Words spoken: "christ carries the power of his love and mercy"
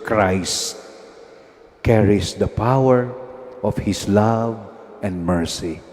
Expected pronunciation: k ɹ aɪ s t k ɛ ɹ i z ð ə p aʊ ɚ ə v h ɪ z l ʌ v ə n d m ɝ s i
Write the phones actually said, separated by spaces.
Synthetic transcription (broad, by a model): k ɹ aɪ s t k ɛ ɹ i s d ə p aʊ ɚ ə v h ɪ s l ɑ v ə n d m ɝ s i